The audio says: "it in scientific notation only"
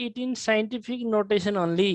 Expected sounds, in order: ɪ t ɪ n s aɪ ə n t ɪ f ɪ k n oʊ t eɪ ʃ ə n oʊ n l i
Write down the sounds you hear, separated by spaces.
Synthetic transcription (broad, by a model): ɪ t ɪ n s aɪ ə n t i p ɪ k n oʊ t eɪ s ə n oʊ n l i